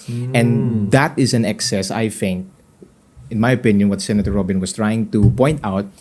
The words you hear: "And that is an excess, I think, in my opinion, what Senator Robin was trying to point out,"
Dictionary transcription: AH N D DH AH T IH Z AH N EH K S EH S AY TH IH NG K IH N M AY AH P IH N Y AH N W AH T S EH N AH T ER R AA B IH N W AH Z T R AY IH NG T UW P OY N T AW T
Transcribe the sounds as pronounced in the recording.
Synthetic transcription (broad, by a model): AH N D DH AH T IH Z AH N EH K S EH S AY TH IH NG K IH N M AY AH P IH N Y AH N W AH T S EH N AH T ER R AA B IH N W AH S T R AY IH NG T UW P OY N T AW T